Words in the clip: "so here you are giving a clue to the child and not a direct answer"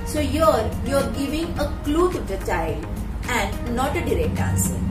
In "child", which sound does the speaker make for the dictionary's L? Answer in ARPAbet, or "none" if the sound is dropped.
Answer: L